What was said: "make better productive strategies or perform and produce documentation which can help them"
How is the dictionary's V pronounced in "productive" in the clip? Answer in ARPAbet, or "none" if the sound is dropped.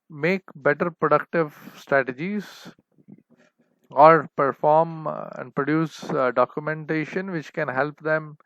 V